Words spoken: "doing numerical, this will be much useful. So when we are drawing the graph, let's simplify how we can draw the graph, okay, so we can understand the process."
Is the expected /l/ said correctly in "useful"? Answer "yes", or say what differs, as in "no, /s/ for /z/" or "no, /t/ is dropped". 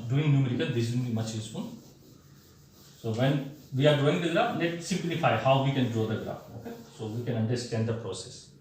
no, /n/ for /l/